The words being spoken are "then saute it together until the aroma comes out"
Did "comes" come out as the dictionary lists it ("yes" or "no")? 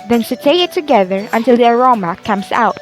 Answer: no